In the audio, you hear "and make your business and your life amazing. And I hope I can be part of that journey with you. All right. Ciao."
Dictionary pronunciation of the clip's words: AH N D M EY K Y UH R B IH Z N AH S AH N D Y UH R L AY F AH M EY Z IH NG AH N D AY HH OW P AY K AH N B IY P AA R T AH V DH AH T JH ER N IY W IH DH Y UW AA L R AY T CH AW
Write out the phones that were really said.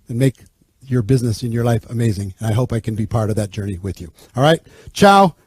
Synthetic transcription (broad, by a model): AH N M EY K Y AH R B IH Z N AH S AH N Y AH R L AY F AH M EY Z IH NG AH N AY HH OW P AY K AH N B IY P AA R T AH V DH AH T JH ER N IY W IH DH Y UW AA L R AY T CH AW